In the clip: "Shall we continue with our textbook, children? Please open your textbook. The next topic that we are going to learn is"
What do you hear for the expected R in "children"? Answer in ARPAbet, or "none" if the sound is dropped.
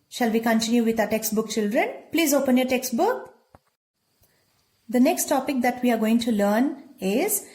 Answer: R